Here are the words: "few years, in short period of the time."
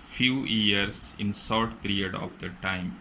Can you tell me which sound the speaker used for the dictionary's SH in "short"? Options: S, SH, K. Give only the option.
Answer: S